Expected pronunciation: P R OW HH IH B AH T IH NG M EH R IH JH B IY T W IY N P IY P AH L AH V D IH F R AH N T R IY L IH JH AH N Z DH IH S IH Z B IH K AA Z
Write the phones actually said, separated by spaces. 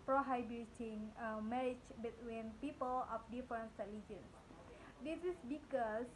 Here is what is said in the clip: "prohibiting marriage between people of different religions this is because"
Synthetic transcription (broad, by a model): P R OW HH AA B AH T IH NG M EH R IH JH B IY T W IY N P IY P AH L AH P D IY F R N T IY L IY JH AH N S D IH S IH S B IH K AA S